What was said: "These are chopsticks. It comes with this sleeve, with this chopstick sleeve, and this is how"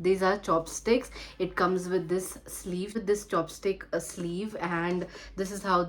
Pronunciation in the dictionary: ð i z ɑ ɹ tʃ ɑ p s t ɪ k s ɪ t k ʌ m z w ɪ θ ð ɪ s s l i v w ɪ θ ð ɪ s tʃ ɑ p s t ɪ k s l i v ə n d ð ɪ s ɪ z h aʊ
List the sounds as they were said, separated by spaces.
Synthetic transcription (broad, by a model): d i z ɑ ɹ tʃ ɑ p s t ɪ k s ɪ t k ʌ m z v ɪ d ɪ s s l i v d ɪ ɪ s tʃ ɑ p s t ɪ k s l i v ə n d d ɪ s ɪ z h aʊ